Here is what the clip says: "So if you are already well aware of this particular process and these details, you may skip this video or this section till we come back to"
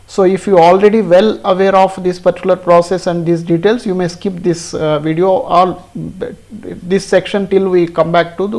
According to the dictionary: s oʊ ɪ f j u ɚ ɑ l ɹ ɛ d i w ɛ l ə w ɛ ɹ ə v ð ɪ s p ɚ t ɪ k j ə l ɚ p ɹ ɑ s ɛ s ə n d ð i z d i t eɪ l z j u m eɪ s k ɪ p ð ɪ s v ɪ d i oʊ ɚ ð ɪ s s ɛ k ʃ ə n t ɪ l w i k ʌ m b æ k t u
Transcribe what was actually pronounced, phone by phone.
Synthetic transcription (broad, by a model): s oʊ ɪ f j u ɑ l ɹ ɛ d i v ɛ l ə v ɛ ɹ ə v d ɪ s p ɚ t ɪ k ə l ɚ p ɹ ɑ s ɛ s ə n d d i s d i t eɪ l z j u m eɪ s k ɪ p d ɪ s v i d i oʊ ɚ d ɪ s s ɛ k ʃ ə n t ɪ l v i k ʌ m b æ k t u